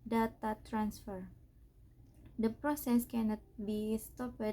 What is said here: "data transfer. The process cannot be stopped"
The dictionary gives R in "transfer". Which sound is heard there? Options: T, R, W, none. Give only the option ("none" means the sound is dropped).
R